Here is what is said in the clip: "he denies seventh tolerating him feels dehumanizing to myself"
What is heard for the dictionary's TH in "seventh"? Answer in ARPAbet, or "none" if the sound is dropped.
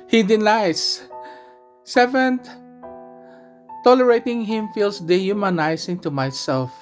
T